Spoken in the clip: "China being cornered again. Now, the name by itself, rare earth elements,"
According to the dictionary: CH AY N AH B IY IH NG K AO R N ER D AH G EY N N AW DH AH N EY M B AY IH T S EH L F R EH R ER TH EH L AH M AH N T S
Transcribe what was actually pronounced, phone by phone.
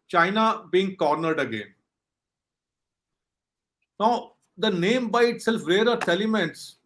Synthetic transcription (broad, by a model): CH AY N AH B IY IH NG K AO R N ER D AH G EY N N AW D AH N EY M B AY IH T S EH L F R EH R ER S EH L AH M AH N T S